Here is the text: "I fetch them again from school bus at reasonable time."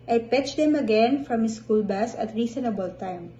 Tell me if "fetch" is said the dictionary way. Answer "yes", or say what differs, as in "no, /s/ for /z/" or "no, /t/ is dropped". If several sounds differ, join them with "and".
no, /p/ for /f/